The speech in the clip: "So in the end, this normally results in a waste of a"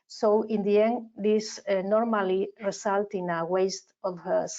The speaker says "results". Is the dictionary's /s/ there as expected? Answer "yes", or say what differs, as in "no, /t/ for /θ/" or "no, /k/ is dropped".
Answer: no, /s/ is dropped